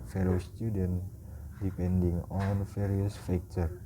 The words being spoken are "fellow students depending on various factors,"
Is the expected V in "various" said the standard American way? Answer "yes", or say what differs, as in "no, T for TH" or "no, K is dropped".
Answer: no, F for V